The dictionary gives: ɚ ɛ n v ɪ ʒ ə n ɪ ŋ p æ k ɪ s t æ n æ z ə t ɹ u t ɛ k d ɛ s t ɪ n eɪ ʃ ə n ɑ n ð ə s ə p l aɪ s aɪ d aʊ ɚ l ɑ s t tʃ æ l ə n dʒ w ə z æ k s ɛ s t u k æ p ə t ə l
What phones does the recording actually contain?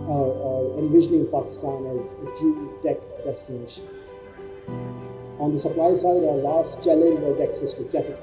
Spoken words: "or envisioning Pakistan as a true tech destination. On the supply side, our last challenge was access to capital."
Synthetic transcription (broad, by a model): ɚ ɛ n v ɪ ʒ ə n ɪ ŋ p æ k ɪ s t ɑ n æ z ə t u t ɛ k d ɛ s t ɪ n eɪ ʃ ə n ɑ n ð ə s ə p l aɪ s aɪ d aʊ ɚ l ɑ s t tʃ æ l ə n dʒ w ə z æ k s ɛ s t u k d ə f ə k